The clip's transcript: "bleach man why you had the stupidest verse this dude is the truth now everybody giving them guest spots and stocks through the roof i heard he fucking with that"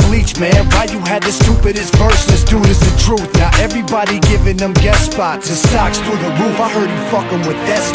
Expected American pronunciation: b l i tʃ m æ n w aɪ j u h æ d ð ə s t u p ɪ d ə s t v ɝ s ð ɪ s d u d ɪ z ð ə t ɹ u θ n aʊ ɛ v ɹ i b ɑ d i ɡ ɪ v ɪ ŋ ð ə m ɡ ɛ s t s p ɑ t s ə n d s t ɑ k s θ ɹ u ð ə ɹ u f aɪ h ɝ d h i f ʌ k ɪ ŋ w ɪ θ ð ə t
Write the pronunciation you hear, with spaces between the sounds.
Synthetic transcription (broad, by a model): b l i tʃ m æ n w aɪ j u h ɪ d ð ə s t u p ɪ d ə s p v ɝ s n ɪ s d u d ɪ z ð ə t ɹ u θ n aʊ ɛ v ɹ i b ɑ d i ɡ ɪ v ɪ ŋ ð ə m ɡ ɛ t s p ɑ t ə s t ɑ k s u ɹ ð ə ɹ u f aɪ h ɝ d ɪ f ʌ k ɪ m w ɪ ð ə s